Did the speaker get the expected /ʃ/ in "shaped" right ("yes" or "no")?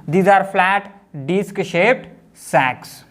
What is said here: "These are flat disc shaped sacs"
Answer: yes